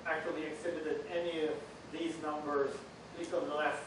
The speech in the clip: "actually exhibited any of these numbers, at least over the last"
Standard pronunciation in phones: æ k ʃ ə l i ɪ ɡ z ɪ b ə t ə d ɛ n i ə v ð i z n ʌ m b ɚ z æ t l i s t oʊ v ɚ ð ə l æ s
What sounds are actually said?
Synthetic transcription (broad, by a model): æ k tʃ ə l i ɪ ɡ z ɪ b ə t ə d ɛ n i ə v ð i z n ʌ m b ɚ z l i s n ð ə l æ s